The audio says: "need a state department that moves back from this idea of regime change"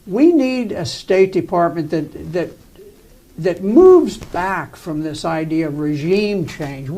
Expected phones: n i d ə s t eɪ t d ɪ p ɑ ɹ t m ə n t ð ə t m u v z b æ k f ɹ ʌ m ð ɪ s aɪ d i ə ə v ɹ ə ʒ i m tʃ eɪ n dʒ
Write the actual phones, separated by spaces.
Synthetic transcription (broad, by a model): n i d ə s t eɪ t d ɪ p ɑ ɹ t m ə n t ð ə t m u v z b æ k f ɹ ʌ m ð ɪ s aɪ d i ə ə v ɹ ə ʒ i m tʃ eɪ n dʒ